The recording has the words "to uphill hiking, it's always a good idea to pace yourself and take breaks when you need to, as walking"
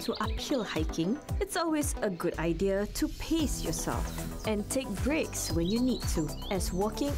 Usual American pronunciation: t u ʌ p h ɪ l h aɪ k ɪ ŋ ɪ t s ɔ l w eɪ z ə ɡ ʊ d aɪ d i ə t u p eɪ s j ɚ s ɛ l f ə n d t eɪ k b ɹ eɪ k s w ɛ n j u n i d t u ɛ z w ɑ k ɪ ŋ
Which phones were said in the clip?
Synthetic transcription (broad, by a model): t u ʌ p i l h aɪ k ɪ ŋ ɪ t s ɔ l w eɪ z ə ɡ ʊ d aɪ d i ə t u p eɪ s j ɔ s ɛ l f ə n t eɪ k b ɹ eɪ k s w ɛ n j u n i d t u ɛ s w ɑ k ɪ ŋ